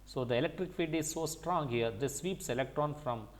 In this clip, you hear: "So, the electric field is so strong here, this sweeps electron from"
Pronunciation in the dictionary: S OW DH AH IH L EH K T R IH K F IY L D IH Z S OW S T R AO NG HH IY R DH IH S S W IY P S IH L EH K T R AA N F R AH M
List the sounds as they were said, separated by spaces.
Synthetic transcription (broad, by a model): S OW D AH IH L EH K T R IH K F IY D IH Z S OW S T R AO NG HH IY R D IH S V IY P S IH L EH K T R AA N F R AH M